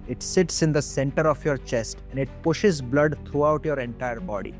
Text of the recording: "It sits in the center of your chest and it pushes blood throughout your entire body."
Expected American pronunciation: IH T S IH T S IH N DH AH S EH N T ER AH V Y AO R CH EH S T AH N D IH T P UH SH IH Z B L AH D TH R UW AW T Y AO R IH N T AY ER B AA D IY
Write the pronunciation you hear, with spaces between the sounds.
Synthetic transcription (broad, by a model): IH T S IH T S IH N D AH S EH N T ER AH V Y AO R CH EH S T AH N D IH T P UH SH IH Z B L AH D T R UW AW T Y AO R IH N T AY ER B AA D IY